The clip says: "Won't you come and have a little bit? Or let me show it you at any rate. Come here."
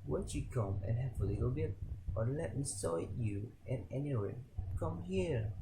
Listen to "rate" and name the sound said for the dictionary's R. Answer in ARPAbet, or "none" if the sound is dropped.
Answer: W